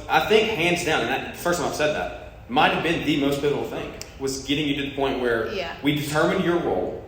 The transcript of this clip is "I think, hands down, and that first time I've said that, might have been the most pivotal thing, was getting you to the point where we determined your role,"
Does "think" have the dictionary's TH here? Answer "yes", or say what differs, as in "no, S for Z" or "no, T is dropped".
yes